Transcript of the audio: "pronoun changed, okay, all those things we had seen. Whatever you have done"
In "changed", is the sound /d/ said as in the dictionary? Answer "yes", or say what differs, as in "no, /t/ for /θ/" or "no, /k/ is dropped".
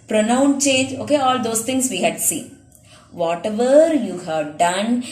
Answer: no, /d/ is dropped